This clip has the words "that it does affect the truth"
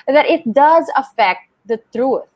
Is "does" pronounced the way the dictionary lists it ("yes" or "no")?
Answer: yes